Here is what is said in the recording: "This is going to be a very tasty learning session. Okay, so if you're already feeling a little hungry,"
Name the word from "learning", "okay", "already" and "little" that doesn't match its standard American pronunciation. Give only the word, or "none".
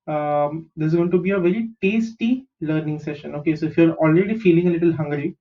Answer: none